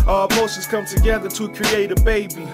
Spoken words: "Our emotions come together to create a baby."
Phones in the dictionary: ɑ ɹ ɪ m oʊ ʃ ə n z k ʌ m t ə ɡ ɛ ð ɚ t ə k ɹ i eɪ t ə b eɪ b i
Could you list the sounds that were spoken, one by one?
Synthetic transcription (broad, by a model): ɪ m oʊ s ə z k ʌ m t ə ɡ ɛ ð ɚ t ə k ɹ i eɪ t ə b eɪ b i